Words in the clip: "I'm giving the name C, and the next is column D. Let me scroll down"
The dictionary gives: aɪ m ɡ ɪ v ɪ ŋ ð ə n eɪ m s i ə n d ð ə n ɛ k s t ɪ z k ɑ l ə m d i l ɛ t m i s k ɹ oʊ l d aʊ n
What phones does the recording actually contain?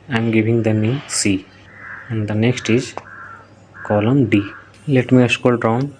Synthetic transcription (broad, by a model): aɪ m ɡ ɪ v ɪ ŋ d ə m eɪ s i ə n d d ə n ɛ k s t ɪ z k ɑ l ə m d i l ɛ t m i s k oʊ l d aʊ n